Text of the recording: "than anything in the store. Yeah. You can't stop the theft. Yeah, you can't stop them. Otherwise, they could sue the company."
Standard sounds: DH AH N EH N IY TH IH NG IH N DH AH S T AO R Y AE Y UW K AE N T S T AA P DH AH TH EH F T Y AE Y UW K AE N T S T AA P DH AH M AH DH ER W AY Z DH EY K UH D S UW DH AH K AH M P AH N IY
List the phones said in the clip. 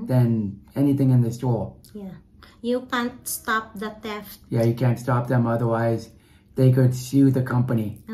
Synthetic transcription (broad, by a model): DH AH N EH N IY TH IH NG IH N DH AH S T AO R Y AE Y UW K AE N T S T AA P DH AH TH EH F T Y AE Y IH K AE N T S T AA P DH AH M AH DH ER W AY Z DH EY K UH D S UW DH AH K AH M P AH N IY